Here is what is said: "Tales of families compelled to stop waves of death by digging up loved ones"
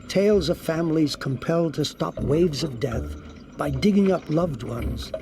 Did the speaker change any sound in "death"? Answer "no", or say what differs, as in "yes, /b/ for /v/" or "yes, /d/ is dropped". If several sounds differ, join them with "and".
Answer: no